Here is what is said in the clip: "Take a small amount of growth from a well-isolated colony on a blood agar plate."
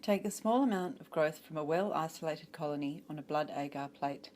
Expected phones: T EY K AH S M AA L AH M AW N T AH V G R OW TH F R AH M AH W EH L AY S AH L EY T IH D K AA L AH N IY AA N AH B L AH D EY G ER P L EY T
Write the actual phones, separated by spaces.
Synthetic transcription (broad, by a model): T EY K AH S M AA L AH M AW N T AH V G R OW TH F R AH M AH W EH L AY S AH L EY T IH D K AA L AH N IY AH N AH B L AH D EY G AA P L EY T